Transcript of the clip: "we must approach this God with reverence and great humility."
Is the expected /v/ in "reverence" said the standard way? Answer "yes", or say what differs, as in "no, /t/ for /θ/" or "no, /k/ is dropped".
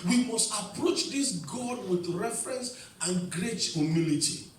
no, /f/ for /v/